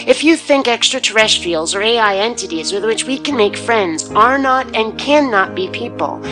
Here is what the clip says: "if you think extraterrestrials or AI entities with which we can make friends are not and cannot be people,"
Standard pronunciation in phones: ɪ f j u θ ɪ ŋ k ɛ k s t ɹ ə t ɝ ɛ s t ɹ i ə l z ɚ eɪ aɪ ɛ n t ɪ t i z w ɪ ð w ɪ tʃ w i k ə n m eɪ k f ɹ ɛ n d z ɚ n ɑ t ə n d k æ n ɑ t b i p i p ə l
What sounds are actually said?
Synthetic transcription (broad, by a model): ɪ f j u θ ɪ ŋ k ɛ k s t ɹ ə t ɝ ɛ s t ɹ i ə l z ɚ eɪ aɪ ɛ n t ɪ t i z w ɪ ð w ɪ tʃ w i k ə n m eɪ k f ɹ ɛ n d z ɚ n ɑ t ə n k æ n ɑ t b i p i p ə l